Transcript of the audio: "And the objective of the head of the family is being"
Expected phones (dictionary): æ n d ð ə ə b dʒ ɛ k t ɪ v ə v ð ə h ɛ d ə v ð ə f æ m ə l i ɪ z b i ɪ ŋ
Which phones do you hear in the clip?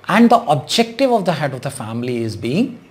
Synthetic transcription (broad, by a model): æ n d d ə ə b dʒ ɛ k t ɪ v ə v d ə h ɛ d ə v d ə f æ m ə l i ɪ z b i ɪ ŋ